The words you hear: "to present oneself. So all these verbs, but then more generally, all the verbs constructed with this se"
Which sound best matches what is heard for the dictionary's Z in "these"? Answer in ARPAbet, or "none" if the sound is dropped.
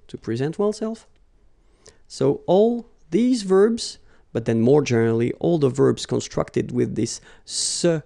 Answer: Z